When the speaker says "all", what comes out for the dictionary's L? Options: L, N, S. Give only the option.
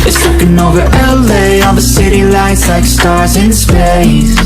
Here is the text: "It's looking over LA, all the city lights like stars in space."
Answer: N